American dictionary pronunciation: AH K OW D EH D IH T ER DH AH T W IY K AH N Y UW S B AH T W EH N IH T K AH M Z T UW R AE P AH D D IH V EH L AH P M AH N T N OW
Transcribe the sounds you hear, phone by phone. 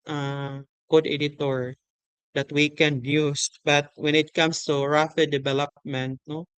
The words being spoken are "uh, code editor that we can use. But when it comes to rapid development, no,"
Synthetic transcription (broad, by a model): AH K OW D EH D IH T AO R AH T W IY K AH N Y UW S B AH T W EH N IH T K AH M S T UW R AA F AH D D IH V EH L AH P M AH N T N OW